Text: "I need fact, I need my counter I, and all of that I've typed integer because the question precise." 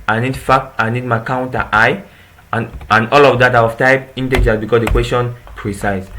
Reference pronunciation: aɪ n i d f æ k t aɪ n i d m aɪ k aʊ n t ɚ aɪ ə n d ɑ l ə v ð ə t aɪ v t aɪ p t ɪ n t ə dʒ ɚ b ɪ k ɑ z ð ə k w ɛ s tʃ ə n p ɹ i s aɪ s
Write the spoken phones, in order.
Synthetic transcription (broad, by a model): aɪ n i d f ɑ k aɪ n i d m aɪ k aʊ n t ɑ aɪ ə n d ɑ l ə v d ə t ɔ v t aɪ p i n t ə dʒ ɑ b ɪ k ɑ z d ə k w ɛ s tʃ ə n p ɹ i s aɪ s